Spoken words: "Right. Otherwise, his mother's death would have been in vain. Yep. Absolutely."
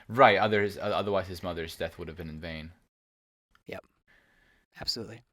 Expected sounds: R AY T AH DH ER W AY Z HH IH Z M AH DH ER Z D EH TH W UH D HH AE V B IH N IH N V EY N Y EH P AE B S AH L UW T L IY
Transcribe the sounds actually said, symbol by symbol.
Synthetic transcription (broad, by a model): R AY T AH DH ER W AY Z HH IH Z M AH DH ER Z D EH TH W UH D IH V B IH N IH N V EY N Y EH P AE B S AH L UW T L IY